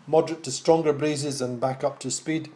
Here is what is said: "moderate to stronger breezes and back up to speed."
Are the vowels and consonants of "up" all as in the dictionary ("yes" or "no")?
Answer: yes